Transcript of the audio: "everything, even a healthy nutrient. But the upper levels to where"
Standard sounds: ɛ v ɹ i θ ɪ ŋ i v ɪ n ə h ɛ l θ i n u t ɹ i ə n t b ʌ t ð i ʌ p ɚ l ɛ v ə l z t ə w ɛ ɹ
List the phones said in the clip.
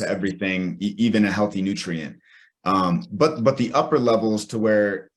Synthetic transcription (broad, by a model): ɛ v ɹ i θ ɪ ŋ i v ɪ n ə h ɛ l θ i n u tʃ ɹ i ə n t b ʌ t ð i ʌ p ɚ l ɛ v l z t ə w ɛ ɹ